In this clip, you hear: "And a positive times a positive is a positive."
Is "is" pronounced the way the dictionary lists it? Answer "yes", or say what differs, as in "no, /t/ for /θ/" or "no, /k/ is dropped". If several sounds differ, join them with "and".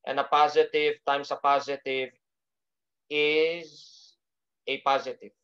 yes